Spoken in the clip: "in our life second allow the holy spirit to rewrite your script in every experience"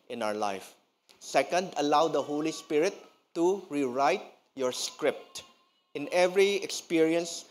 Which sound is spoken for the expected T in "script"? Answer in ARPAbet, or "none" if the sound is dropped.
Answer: T